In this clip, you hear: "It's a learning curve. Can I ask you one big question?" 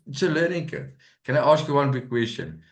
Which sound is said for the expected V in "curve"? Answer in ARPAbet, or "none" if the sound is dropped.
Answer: P